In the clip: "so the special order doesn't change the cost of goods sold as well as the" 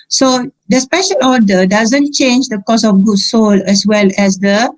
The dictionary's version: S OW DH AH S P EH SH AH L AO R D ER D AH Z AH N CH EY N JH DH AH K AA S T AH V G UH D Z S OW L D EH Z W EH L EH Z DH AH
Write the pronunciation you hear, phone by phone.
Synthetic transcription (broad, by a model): S OW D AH S P EH SH AH L AO D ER D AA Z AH N CH EY N JH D AH K AA S AH F G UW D S OW L EH S W EH L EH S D AH